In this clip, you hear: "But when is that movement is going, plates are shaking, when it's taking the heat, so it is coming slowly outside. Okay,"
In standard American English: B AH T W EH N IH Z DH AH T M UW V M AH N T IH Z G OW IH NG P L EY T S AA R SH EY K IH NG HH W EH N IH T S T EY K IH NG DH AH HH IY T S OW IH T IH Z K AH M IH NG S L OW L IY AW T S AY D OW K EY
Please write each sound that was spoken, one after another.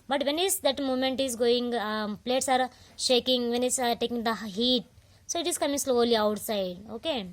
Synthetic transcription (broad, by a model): B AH T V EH N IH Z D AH T M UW M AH N T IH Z G OW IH NG P L EY T S AA R SH EY K IH NG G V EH N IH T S T EY K IH NG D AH HH IY T S OW IH T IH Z K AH M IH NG S L OW L IY AW T S AY D OW K EY